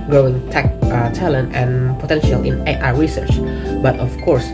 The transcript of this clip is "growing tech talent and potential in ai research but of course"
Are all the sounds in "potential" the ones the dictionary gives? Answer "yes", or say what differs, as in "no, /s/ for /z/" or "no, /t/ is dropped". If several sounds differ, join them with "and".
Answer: yes